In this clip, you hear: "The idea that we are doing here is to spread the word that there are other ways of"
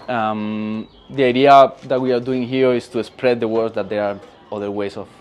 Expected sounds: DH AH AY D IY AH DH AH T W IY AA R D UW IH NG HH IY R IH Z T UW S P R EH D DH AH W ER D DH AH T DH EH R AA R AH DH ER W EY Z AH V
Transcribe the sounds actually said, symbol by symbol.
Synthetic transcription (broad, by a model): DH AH AY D IY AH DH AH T W IY AA R D UW IH NG HH IY R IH S T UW S P R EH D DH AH W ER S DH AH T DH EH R AA R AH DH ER W EY S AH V